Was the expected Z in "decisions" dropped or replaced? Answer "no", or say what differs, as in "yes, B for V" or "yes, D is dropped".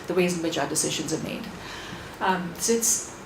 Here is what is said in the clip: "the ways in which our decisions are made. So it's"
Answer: no